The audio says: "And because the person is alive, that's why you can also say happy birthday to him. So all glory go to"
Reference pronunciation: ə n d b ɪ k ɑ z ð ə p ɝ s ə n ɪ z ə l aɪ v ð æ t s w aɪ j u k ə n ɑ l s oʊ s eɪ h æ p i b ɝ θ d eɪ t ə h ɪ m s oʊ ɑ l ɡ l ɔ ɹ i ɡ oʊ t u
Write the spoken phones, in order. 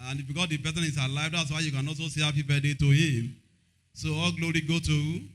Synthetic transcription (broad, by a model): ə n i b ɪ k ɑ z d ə b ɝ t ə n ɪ s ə l aɪ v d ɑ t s w aɪ j u k ə n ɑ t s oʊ s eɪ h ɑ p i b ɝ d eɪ t ə h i m s oʊ ɑ l ɡ l ɔ ɹ i ɡ oʊ t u